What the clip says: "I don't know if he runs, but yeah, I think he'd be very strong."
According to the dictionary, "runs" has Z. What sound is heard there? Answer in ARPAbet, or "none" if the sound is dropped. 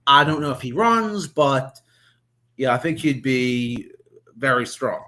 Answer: Z